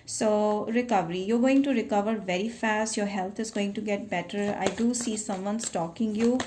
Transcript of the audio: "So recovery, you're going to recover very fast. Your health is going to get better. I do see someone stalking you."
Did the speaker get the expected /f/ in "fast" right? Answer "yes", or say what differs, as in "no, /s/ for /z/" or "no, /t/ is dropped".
yes